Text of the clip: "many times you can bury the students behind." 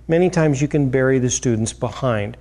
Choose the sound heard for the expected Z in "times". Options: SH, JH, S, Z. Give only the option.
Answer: Z